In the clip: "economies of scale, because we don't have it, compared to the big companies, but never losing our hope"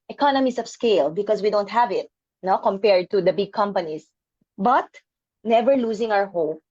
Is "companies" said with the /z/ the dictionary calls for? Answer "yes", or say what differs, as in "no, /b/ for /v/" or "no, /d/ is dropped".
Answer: no, /s/ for /z/